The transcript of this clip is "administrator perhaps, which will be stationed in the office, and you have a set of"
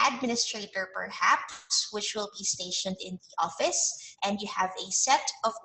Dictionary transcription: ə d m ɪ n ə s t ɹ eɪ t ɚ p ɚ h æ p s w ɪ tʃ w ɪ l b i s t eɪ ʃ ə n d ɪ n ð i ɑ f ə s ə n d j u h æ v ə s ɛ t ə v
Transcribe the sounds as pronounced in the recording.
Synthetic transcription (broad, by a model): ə d m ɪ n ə s t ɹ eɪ t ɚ p ɚ h æ p s w ɪ tʃ w ɪ l b i s t eɪ ʃ ə n d ɪ n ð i ɑ f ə s ə n d j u h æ v ə s ɛ t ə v